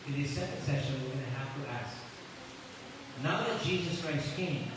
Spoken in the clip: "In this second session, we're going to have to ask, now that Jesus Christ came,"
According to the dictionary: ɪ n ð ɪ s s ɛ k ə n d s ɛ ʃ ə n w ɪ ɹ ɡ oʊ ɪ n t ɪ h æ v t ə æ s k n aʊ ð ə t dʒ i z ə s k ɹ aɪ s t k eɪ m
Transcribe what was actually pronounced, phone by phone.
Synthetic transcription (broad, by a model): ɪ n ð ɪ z s ɛ k ə n d s ɛ ʃ ə n w ɪ ɹ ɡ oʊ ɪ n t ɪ h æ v t ə æ s k n aʊ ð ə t dʒ i z ə s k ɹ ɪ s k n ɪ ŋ